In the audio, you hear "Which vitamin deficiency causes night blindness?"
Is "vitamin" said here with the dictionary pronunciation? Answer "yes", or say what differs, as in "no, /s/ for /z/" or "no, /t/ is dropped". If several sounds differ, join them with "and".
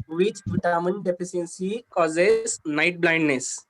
no, /p/ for /v/